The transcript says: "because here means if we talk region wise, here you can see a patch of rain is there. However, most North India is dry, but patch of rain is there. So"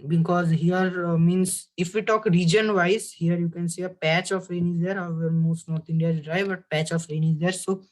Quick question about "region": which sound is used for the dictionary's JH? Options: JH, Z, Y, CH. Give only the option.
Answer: JH